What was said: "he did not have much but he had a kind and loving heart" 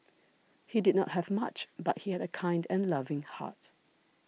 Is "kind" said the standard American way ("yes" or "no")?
yes